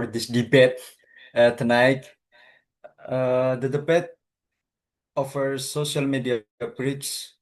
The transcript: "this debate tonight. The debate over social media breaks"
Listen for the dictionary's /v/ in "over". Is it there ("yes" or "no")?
no